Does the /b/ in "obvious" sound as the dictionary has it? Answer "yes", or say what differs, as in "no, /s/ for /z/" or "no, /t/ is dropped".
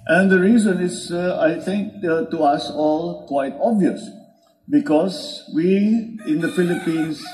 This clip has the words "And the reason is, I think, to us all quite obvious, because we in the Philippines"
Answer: yes